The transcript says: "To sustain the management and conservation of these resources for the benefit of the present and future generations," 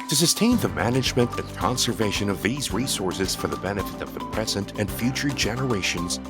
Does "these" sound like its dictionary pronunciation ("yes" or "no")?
yes